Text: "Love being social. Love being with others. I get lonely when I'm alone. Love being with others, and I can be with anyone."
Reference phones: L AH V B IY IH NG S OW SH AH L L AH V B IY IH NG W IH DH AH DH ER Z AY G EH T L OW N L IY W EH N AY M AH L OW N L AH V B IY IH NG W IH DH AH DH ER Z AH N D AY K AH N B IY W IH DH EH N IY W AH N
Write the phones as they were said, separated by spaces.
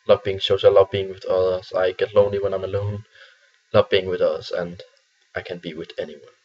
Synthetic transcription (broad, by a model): L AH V B IY IH NG SH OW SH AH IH L AH V B IY IH NG W IH DH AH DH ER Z AY G EH T L OW N L IY W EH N AY M AH L OW N L AH V B IY IH NG W IH DH AH DH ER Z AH N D AY K AH N B IY W IH DH EH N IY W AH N